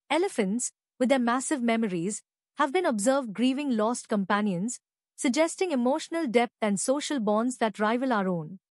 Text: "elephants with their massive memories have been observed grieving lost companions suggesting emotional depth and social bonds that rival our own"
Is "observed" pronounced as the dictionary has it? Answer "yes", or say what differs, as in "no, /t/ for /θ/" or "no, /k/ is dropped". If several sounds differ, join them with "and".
yes